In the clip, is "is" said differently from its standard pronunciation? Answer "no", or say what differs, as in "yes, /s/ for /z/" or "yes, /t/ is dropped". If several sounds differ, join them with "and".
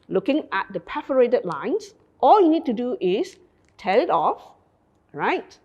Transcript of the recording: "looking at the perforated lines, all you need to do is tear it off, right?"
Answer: yes, /s/ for /z/